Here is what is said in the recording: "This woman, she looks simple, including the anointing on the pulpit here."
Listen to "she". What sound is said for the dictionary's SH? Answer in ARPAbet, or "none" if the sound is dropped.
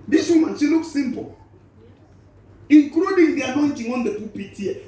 S